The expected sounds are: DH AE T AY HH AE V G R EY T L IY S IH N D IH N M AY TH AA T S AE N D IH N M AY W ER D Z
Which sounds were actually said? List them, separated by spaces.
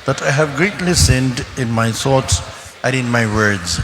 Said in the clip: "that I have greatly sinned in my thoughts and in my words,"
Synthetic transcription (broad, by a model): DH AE T AY HH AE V G R EY T L IY S IH N D IH N M AY S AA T S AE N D IH N M AY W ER D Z